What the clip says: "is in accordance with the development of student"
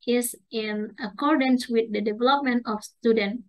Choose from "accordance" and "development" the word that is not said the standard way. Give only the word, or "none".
none